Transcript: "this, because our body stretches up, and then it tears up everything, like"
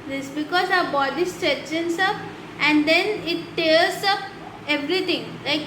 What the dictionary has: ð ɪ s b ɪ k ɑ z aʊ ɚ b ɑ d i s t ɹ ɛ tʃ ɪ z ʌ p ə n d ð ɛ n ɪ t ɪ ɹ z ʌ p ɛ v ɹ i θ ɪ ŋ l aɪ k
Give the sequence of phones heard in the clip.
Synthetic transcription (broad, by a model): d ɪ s b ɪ k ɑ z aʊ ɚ b ɑ d i s t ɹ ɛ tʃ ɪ s ʌ p ə n d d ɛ n ɪ t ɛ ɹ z ʌ p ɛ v ɹ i t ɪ ŋ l aɪ k